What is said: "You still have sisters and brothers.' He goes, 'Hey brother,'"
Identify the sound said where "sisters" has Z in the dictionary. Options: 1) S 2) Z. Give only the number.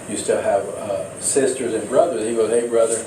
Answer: 2